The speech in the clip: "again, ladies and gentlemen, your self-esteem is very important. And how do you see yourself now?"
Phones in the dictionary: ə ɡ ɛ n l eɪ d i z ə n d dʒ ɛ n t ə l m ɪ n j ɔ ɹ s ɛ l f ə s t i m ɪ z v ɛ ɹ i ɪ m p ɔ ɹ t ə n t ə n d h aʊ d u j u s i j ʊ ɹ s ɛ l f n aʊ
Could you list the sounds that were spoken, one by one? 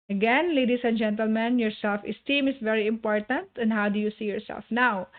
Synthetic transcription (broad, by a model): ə ɡ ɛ n l eɪ d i s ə n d dʒ ɛ n t ə l m ɪ n j ɔ ɹ s ɛ l f ə s t i m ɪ s v ɛ ɹ i ɪ m p ɔ ɹ t ə n t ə n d h aʊ d u j u s i j ʊ ɹ s ɛ l f n aʊ